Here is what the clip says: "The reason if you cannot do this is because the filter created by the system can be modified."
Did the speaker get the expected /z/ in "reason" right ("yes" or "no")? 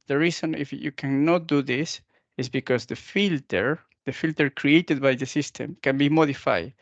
no